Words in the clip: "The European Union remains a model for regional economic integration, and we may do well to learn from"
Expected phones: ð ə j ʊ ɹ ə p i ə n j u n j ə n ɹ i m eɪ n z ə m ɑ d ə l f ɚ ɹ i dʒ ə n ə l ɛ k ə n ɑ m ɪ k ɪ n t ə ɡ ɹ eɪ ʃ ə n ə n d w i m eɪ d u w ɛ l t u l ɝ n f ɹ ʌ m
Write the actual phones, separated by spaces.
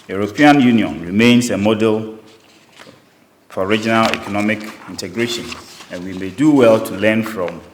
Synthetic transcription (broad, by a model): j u ɹ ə p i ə n j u n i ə n ɹ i m eɪ n s ə m ɑ d ə l f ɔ ɹ i dʒ ə n ə l ɛ k ə n ɑ m ɪ k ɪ n t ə ɡ ɹ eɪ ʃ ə n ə n w i m eɪ d u w ɛ l t u l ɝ n f ɹ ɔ m